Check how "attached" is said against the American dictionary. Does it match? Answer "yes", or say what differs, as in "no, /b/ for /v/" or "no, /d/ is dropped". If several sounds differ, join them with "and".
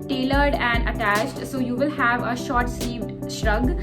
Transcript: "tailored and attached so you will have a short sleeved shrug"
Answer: yes